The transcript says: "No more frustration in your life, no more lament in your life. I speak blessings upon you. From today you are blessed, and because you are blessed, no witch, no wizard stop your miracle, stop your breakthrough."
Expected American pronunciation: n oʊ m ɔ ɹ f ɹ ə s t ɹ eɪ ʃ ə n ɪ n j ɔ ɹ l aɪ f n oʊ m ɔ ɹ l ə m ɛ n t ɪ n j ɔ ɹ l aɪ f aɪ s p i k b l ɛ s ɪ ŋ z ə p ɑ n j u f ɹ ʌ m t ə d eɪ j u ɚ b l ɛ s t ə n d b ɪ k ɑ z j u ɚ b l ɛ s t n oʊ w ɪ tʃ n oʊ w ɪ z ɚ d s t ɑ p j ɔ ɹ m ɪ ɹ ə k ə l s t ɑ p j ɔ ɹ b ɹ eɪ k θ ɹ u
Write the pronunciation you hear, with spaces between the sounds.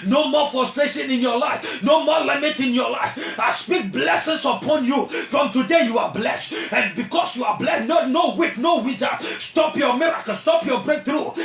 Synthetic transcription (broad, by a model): n oʊ m ɔ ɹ f ɹ ə s t ɹ eɪ ʃ ə n ɪ n j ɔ l aɪ f n oʊ m ɔ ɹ l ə m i t ɪ n j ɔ l aɪ f aɪ s p i k b l ɛ s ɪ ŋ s ə p ɑ n j u f ɹ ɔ m t ə d eɪ j u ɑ b l ɛ s t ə n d b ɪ k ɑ s j u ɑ b l ɛ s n n oʊ w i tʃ n oʊ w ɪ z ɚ s t ɑ p j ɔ m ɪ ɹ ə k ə s t ɑ p j ɔ b ɹ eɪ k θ ɹ u